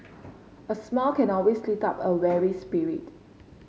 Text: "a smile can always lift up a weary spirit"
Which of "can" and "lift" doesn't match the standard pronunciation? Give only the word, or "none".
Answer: lift